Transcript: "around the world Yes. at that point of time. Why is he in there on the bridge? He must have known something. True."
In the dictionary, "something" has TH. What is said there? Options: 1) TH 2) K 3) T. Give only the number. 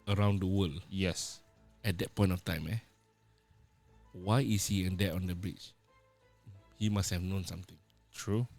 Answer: 3